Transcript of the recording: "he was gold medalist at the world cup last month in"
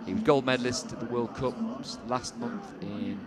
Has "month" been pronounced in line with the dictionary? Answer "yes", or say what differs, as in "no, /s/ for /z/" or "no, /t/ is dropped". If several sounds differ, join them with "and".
yes